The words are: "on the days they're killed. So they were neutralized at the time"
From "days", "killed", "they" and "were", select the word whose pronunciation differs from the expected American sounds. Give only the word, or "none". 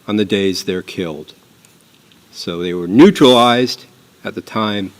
none